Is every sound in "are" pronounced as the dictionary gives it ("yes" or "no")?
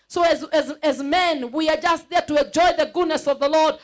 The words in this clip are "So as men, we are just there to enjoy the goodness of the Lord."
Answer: yes